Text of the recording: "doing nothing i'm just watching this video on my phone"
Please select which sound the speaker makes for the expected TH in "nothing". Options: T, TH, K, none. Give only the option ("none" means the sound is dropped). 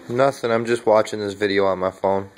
TH